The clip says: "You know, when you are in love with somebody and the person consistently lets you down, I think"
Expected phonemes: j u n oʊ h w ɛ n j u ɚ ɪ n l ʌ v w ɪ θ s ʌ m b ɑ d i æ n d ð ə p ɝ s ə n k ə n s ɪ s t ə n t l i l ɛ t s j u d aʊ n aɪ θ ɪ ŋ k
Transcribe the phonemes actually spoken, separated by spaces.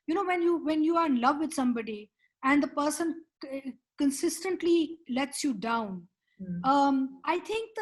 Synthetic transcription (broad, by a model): j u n oʊ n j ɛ n j u ɚ ɪ n l ʌ v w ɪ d s ʌ m b ɑ d i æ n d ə p ɝ s ə n k ə n s ɪ s t ə n t l i l ɛ t s j u d aʊ n aɪ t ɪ ŋ k